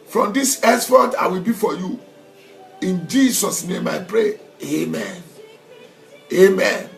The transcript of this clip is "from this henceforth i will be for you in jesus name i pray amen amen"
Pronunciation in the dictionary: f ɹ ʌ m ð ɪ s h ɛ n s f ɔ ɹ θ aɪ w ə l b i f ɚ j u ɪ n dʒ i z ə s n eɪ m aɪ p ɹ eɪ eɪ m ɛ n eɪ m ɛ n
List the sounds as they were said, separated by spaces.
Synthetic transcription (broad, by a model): f ɹ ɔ m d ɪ s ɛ s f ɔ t aɪ w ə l b i f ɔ j u ɪ n dʒ i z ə s n eɪ m aɪ p ɹ eɪ eɪ m ɛ n eɪ m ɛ n